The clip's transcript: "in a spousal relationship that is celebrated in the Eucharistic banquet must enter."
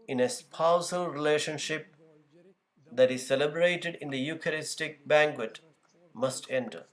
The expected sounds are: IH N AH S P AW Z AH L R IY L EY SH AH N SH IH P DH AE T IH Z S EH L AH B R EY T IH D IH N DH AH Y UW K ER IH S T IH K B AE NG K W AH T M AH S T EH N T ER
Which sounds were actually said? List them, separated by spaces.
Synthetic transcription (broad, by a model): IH N AH S P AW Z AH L R IY L EY SH AH N SH IH P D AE T IH Z S EH L AH B R EY T IH D IH N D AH Y UW K ER IH S T IH K B AE NG K W AH T M AH S T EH N T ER